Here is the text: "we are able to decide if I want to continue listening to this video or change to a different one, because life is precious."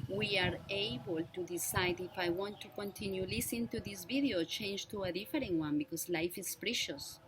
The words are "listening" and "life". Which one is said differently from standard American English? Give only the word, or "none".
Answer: listening